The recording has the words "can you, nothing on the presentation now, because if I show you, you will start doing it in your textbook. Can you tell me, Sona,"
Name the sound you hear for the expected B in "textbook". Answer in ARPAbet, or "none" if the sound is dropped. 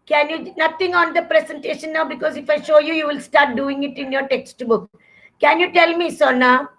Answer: B